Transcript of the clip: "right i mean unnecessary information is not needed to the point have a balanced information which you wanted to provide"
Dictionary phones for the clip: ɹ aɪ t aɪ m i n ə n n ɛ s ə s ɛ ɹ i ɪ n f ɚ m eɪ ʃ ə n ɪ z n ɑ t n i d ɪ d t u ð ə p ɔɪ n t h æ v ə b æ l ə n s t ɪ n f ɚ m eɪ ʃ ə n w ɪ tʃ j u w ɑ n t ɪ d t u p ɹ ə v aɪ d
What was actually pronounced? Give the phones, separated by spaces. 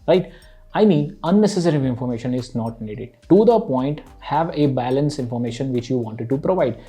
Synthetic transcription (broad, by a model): ɹ aɪ t aɪ m i n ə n n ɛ s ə s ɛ ɹ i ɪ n f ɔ m eɪ ʃ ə n ɪ z n ɑ t n i d ɪ d t u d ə p ɔɪ n t h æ v ə b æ l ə n s ɪ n f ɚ m eɪ ʃ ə n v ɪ tʃ j u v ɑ n t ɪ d t u p ɹ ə v aɪ d